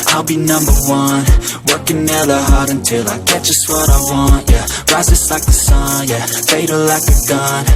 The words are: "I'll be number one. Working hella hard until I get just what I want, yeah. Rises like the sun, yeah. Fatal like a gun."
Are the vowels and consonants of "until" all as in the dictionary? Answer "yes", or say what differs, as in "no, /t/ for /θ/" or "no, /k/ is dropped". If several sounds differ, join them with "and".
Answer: yes